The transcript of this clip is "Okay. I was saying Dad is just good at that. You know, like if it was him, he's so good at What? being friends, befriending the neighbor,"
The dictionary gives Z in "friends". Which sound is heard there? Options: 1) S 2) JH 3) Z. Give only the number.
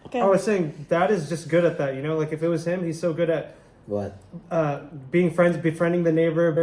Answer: 3